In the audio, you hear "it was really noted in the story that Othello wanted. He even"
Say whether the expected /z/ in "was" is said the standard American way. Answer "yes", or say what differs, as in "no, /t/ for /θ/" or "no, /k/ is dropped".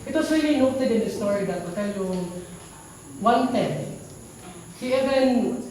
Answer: no, /s/ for /z/